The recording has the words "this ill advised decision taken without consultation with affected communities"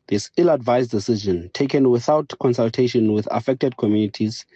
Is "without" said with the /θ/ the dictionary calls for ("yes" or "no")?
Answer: yes